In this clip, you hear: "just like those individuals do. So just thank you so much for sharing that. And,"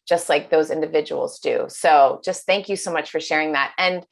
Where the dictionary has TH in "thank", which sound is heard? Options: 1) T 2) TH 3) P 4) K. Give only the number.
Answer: 2